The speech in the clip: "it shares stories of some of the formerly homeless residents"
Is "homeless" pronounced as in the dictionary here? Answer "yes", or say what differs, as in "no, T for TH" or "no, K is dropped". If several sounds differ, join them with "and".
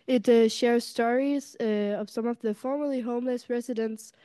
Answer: yes